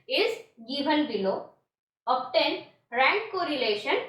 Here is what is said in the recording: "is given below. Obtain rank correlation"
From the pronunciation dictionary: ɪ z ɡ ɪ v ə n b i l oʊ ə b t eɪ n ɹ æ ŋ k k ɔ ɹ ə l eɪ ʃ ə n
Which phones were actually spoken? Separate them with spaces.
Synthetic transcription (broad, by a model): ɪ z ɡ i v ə l b i l oʊ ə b t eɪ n ɹ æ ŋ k k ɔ ɹ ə l eɪ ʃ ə n